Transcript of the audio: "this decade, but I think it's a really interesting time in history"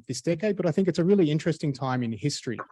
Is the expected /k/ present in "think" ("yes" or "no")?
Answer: yes